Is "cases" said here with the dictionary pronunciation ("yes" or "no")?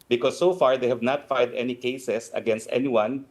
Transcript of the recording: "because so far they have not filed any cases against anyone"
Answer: no